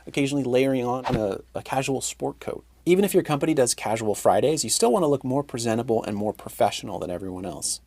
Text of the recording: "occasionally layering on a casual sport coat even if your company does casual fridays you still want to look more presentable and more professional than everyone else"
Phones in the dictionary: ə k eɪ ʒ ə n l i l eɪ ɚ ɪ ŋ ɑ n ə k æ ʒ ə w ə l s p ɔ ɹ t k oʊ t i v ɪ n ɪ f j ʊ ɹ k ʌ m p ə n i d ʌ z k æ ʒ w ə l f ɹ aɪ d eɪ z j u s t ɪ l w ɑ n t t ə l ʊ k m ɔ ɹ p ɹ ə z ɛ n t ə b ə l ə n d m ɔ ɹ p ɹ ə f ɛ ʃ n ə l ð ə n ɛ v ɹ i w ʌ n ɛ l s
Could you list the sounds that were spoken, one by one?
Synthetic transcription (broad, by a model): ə k eɪ ʒ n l i l eɪ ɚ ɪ ŋ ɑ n ə k æ ʒ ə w l s p ɔ ɹ t k oʊ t i v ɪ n ɪ f j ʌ ɹ k ʌ m p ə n i d ʌ z k æ ʒ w l f ɹ aɪ d eɪ z j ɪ s t ɪ l w ɑ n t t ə l ʊ k m ɔ ɹ p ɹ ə z ɛ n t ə b l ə n m ɔ ɹ p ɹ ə f ɛ ʃ n l ð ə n ɛ v ɹ i w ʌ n ɛ l s